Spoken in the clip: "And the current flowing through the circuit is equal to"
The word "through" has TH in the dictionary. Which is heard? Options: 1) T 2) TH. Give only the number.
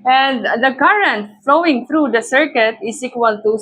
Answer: 1